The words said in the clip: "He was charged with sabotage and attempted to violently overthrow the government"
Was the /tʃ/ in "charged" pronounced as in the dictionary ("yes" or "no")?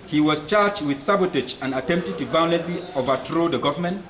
yes